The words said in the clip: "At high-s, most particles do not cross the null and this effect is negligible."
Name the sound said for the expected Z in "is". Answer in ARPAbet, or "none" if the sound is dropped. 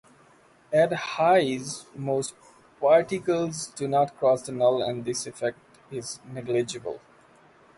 Z